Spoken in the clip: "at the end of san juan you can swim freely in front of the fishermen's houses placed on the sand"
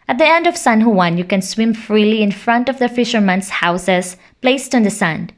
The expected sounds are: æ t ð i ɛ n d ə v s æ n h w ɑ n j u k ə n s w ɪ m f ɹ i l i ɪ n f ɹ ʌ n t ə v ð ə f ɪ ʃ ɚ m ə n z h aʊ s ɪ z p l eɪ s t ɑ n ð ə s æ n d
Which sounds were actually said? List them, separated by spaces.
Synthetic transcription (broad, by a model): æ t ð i ɛ n d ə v s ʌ n h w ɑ n j u k ə n s w ɪ m f ɹ i l i ɪ n f ɹ ʌ n t ə v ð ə f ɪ ʃ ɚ m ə n s h aʊ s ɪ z p l eɪ s t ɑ n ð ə s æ n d